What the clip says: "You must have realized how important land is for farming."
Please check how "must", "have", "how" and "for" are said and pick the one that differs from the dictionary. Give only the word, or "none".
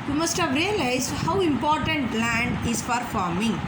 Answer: for